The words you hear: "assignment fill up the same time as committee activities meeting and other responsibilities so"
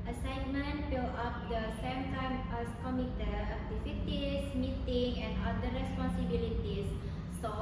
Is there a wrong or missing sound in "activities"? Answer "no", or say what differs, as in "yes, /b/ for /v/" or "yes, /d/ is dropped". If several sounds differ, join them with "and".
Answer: yes, /f/ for /v/